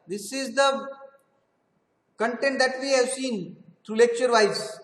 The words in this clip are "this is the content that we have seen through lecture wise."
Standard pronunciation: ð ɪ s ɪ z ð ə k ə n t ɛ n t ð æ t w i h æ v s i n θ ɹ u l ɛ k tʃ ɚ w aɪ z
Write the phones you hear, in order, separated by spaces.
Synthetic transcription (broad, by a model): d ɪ s ɪ z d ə k ə n t ɛ n t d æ t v i h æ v s i n t ɹ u l ɛ k tʃ ɚ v aɪ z